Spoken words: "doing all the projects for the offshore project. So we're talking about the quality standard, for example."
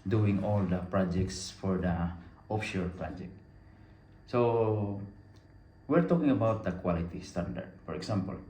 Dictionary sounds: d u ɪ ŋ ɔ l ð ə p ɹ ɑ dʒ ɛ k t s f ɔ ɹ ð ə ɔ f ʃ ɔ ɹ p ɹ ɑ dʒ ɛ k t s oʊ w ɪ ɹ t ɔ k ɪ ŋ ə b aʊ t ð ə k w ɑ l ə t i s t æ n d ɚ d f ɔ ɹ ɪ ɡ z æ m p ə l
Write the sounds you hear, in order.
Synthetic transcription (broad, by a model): d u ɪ ŋ ɔ l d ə p ɹ ɑ dʒ ɛ k t s f ɔ ɹ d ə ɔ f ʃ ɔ ɹ p ɹ ɑ dʒ ɛ k t s oʊ w ɪ ɹ t ɔ k ɪ ŋ ə b aʊ t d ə k w ɑ l ə t i s t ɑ n d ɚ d f ɔ ɹ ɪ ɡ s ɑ m p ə l